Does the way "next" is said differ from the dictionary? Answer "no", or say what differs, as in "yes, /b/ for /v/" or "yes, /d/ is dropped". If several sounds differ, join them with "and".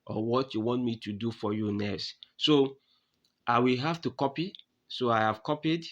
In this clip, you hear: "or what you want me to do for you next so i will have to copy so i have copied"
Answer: yes, /k/ is dropped